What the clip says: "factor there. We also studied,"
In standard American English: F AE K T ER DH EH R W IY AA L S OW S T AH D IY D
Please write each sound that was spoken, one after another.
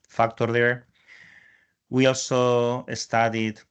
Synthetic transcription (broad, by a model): F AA K T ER DH EH R W IY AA L S OW S T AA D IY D